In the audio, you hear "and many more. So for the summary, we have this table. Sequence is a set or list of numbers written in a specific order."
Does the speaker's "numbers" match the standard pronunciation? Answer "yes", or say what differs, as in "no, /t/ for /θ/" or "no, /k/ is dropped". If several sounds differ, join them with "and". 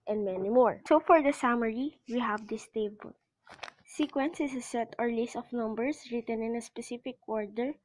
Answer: no, /s/ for /z/